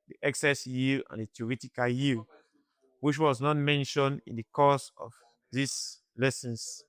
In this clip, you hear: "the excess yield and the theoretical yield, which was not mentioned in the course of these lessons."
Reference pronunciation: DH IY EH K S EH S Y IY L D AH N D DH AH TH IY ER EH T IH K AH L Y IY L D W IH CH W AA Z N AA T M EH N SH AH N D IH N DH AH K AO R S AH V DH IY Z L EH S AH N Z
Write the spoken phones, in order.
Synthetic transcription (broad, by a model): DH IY EH K S EH S Y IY N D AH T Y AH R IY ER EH T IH K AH L Y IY W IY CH W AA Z N AA T M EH N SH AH N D IH N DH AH K AO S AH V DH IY S L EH S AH N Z